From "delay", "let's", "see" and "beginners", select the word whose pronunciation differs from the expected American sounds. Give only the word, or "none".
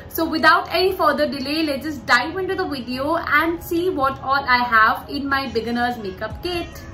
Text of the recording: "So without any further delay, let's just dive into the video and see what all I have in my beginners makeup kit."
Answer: let's